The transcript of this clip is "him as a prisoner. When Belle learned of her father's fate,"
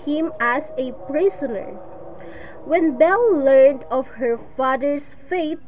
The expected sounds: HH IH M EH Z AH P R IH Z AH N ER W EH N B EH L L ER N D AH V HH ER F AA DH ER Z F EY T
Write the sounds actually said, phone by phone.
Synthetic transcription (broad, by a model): HH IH M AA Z AH P R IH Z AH N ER W EH N B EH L L ER N D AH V HH ER F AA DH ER S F EY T